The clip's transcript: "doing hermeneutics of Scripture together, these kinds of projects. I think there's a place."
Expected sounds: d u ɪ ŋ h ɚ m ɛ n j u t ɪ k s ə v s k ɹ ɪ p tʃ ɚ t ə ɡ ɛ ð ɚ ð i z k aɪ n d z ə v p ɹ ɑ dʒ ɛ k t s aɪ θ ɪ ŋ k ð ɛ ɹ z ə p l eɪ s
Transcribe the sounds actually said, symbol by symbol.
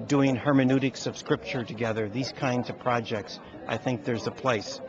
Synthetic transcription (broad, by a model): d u ɪ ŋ h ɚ m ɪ n u t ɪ k s ə v s k ɹ ɪ p tʃ ɚ t ə ɡ ɛ ð ɚ ð i z k aɪ n d z ə v p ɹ ɑ dʒ ɛ k t s aɪ θ ɪ ŋ k ð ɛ ɹ z ə p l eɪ s